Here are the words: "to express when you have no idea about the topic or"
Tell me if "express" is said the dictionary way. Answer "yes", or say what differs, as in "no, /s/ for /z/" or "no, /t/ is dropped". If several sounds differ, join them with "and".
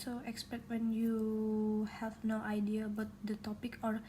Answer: no, /ɹ/ is dropped